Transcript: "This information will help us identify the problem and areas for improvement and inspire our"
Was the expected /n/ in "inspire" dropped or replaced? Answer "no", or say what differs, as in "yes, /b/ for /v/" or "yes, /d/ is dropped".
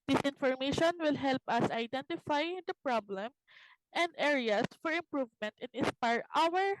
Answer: yes, /n/ is dropped